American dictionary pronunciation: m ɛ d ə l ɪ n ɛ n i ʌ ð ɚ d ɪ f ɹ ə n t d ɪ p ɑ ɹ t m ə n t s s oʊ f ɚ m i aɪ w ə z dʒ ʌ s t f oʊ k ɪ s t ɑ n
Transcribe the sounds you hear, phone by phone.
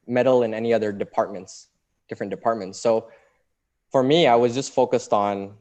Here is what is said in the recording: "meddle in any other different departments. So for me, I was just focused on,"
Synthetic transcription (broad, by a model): m ɛ d l ɪ n ɛ n i ʌ ð ɚ d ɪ p ɹ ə n t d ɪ p ɑ ɹ t m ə n t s s oʊ f ɚ m i aɪ w ə z dʒ ʌ s t f oʊ k ɪ s t n